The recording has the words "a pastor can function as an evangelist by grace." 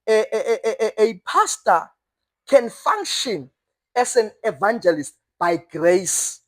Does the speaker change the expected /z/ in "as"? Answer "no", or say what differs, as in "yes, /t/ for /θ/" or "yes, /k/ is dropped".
yes, /s/ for /z/